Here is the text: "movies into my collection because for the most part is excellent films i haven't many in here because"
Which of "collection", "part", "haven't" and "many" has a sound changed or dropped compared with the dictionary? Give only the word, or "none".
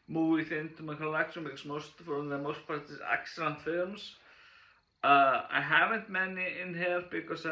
collection